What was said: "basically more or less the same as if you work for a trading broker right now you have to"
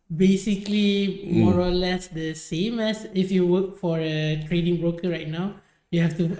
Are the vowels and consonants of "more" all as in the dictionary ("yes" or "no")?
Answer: yes